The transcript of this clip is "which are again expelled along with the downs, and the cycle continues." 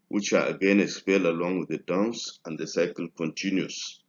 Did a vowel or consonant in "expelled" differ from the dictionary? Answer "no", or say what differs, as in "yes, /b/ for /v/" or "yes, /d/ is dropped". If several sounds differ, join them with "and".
yes, /k/ is dropped and /d/ is dropped